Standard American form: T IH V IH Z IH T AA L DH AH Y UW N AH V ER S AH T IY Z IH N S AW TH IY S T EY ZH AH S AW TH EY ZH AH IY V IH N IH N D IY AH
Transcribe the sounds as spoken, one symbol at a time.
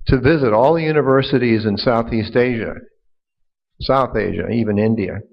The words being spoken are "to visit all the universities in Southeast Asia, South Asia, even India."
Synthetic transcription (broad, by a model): T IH V IH Z IH T AA L DH AH Y UW N AH V ER S AH T IY Z IH N S AW TH IY S T EY ZH AH S AW TH EY ZH AH IY V IH N IH N D IY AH